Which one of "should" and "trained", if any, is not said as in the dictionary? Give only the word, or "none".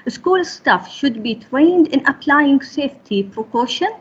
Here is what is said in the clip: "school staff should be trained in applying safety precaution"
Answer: none